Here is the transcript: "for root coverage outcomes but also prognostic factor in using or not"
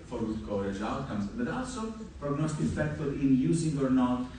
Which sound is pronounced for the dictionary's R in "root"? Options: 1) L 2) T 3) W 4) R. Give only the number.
3